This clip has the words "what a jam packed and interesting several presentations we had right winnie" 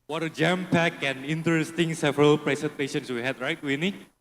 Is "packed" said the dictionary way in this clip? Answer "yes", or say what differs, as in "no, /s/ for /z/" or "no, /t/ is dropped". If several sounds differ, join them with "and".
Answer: no, /t/ is dropped